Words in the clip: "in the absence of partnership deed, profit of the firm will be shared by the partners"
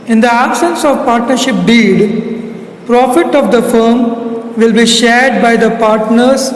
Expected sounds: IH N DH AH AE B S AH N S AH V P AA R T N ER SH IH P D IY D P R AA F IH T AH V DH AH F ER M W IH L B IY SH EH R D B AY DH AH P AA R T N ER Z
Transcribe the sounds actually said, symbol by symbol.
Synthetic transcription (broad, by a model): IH N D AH AE B S AH N S AH V P AA R T N ER SH IH P D IY D P R AA F IH T AH V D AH F ER M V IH L B IY SH EH R D B AY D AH P AA R T N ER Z